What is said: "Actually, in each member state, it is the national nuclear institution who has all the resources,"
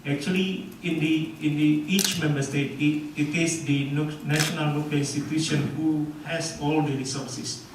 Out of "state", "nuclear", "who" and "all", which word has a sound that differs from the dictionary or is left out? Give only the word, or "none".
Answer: nuclear